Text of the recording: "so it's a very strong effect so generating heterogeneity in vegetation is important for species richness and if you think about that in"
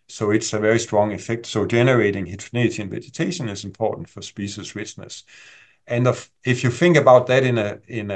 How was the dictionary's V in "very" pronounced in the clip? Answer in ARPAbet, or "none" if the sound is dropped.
V